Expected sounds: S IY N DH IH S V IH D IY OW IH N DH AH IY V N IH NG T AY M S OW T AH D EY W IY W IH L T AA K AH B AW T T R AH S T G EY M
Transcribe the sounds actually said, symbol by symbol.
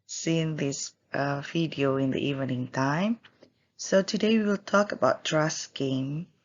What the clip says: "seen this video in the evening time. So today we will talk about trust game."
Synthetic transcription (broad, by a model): S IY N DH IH S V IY D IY OW IH N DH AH IY V N IH NG T AY M S OW T AH D EY W IY W IH L T AA K AH B AW T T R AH S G EY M